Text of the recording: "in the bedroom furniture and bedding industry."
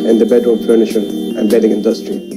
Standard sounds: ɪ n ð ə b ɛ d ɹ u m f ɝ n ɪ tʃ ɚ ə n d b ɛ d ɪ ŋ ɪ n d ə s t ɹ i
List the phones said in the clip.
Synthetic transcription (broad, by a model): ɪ n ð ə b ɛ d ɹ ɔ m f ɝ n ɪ ʃ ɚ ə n b ɛ d ɪ ŋ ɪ n d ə s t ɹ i